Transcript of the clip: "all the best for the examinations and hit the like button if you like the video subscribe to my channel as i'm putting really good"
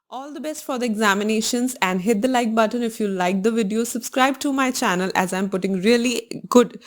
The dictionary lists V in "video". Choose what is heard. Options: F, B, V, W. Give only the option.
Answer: V